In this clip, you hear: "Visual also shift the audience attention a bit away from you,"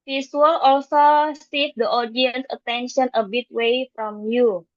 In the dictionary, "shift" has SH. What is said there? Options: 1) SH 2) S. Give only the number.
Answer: 2